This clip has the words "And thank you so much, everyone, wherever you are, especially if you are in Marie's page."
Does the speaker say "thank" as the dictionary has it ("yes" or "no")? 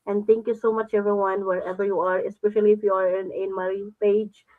no